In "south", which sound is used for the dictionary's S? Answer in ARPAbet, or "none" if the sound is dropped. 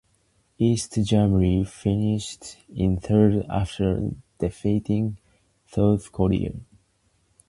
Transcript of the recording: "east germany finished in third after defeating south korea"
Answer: TH